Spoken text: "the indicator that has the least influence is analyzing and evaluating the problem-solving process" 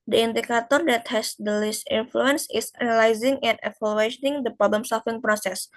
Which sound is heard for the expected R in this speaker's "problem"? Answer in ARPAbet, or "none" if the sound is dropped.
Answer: R